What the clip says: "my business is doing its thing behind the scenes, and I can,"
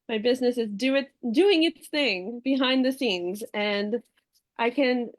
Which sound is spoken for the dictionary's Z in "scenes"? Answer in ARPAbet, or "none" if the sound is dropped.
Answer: Z